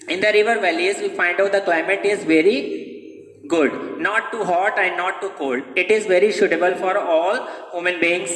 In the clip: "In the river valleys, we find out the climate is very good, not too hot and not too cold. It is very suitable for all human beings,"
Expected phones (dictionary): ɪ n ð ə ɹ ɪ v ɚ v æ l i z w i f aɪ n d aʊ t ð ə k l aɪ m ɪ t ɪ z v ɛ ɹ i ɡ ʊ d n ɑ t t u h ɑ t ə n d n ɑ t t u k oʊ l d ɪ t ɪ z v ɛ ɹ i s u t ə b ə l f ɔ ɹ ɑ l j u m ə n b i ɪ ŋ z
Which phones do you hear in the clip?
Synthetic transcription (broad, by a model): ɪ n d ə ɹ ɪ v ɚ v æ l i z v i f aɪ n d aʊ t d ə k l aɪ m ɪ t ɪ z v ɛ ɹ i ɡ ʊ d n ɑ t t u h ɑ t ə n d n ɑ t t u k oʊ l d ɪ t ɪ z v ɛ ɹ i ʃ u t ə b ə l f ɔ ɹ ɑ l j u m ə n b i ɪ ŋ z